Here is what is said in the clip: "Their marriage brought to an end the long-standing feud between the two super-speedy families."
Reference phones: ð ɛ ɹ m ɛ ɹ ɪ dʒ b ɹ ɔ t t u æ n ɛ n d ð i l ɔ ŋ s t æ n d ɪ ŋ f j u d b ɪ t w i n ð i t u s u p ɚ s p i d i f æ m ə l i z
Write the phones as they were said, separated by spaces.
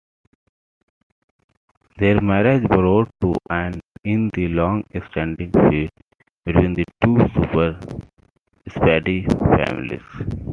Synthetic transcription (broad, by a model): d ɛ ɹ m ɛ ɹ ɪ dʒ b ɹ ɔ t t u æ n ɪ n d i l ɔ ŋ s t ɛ n d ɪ ŋ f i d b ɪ t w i n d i t u s u p ɚ s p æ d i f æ m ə l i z